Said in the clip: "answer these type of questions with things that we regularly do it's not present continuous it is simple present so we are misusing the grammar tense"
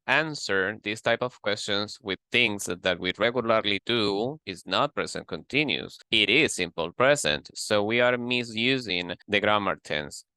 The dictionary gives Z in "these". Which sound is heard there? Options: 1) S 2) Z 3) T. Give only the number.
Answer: 1